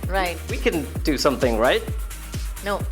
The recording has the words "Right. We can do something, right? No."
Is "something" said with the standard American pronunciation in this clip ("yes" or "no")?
yes